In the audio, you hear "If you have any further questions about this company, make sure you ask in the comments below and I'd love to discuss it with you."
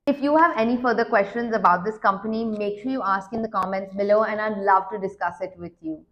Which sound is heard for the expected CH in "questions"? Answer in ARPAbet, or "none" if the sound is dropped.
CH